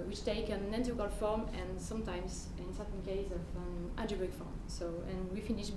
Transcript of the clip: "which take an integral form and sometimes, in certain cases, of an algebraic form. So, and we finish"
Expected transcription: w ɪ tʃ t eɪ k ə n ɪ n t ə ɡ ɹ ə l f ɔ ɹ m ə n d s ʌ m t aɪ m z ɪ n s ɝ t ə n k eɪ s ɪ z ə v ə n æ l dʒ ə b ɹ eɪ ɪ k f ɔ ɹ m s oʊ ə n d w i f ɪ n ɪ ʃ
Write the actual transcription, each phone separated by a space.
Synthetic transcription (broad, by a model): w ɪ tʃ t eɪ k ə n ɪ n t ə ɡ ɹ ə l f ɔ ɹ m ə n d s ʌ m t aɪ m z ɪ n s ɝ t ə n k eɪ ɪ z ə v ə n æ dʒ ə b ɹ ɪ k f ɔ ɹ m s oʊ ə n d w i f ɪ n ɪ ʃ